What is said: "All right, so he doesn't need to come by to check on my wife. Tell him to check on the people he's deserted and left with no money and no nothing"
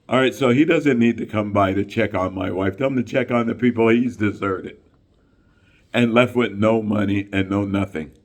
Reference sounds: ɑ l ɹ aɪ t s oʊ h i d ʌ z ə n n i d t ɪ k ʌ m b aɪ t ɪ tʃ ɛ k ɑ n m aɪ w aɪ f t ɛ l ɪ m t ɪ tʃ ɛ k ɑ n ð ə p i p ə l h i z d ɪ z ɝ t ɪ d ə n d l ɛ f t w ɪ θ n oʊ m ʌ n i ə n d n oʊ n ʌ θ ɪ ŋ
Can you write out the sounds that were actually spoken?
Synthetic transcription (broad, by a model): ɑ l ɹ aɪ t s oʊ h i d ʌ z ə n n i d t ɪ k ʌ m b aɪ t ɪ tʃ ɛ k n m aɪ w aɪ f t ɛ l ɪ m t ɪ tʃ ɛ k n ð ə p i p l h i z d ɪ z ɝ t ɪ d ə n l ɛ f t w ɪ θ n oʊ m ʌ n i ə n n oʊ n ʌ θ ɪ ŋ